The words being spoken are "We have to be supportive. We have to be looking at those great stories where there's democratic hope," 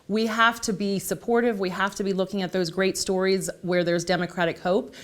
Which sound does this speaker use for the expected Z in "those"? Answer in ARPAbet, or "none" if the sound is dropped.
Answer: Z